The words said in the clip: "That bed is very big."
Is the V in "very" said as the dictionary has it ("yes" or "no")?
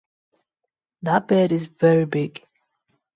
yes